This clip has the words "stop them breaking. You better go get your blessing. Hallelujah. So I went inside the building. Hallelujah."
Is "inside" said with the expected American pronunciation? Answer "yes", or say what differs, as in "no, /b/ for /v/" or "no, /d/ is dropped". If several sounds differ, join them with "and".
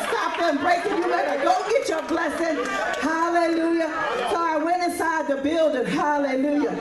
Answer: no, /n/ is dropped